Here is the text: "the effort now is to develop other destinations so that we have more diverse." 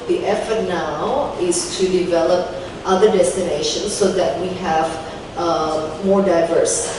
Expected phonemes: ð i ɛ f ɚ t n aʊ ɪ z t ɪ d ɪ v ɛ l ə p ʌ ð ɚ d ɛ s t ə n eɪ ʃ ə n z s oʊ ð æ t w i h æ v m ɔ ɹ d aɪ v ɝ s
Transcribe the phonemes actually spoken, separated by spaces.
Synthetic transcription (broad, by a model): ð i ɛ f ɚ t n aʊ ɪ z t ɪ d ɪ v ɛ l ə p ʌ ð ɚ d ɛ s t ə n eɪ ʃ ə n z s oʊ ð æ t w i h æ v m ɔ ɹ d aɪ v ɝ s